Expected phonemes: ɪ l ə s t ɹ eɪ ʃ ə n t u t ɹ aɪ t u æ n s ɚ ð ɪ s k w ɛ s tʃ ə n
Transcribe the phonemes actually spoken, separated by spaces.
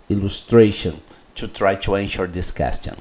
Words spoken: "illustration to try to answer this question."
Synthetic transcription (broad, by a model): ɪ l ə s t ɹ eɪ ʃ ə n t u t ɹ aɪ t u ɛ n ʃ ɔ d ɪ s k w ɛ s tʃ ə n